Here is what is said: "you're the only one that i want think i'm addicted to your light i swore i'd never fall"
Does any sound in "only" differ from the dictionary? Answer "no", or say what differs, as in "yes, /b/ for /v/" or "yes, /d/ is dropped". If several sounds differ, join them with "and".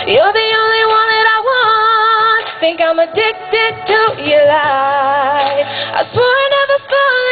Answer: no